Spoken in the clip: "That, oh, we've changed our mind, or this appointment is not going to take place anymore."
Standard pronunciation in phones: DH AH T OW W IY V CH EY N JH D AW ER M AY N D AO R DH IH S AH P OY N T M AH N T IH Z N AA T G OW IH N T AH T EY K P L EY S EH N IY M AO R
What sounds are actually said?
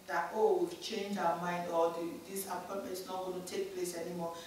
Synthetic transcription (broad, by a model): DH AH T OW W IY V CH EY N JH AW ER M AY N D AO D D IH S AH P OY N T M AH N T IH S N AA T G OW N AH T EY K P L EY S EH N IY M AO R